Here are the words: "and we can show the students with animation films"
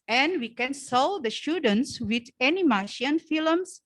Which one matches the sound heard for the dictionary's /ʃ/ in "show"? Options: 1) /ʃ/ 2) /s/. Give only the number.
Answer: 2